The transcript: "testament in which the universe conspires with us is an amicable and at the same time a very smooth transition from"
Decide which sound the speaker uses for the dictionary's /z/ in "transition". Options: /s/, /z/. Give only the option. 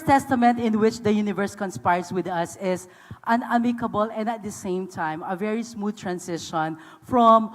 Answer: /s/